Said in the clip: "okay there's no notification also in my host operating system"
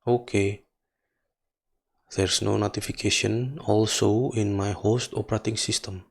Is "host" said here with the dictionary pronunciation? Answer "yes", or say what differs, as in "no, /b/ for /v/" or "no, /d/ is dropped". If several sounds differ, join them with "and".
yes